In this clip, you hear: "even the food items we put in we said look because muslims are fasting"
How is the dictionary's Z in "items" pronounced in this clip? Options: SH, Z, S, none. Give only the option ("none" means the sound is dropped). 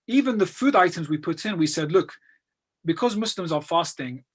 Z